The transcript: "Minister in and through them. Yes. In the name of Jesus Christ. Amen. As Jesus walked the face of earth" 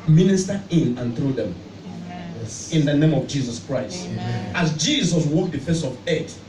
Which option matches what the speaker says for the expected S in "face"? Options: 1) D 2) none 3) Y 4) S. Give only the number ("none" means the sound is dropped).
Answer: 4